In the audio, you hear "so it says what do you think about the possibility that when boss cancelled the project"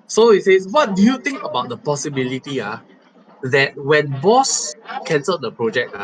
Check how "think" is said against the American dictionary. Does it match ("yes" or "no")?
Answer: no